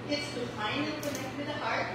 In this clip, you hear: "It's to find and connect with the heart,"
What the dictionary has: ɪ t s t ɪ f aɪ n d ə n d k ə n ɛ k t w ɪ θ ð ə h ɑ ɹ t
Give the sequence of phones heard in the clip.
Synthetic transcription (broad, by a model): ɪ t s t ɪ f aɪ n ə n k ə n ɛ k t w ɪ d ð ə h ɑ ɹ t